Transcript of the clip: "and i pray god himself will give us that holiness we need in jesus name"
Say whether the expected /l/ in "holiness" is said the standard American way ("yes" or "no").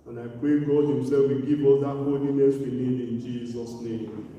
no